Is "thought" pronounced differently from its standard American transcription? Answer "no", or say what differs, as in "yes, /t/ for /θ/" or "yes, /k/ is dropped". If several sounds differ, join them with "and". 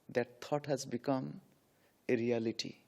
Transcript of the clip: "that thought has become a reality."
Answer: yes, /t/ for /θ/